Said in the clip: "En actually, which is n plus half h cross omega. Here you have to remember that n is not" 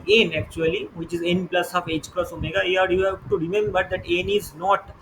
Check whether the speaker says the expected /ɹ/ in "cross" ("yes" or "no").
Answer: yes